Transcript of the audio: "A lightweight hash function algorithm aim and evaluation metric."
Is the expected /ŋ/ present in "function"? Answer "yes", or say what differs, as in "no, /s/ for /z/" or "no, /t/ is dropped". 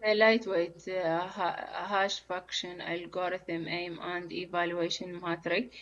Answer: no, /ŋ/ is dropped